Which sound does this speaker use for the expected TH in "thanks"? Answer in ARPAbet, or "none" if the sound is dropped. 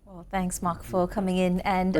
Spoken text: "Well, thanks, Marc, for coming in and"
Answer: TH